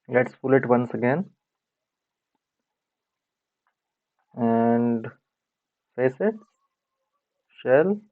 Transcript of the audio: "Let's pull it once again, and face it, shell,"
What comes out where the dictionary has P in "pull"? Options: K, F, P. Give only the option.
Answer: F